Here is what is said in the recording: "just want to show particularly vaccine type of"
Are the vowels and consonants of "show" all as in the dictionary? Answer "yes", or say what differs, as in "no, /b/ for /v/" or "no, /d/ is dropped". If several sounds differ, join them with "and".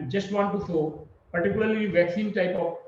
no, /s/ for /ʃ/